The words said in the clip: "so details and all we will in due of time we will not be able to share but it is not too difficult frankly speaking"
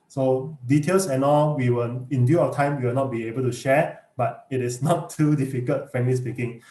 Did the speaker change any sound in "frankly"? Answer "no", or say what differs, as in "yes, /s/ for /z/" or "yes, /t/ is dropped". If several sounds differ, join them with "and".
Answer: yes, /ɹ/ is dropped